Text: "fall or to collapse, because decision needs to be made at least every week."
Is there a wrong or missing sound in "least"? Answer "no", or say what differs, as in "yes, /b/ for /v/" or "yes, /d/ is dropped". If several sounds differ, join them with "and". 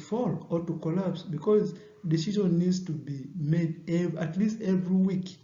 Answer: no